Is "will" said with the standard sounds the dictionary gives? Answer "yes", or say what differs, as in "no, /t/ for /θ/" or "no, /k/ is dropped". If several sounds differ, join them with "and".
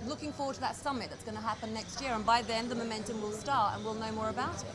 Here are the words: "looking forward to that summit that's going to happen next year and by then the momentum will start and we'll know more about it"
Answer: yes